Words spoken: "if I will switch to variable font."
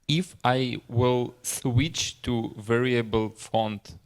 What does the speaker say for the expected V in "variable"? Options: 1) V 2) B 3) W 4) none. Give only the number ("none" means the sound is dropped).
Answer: 1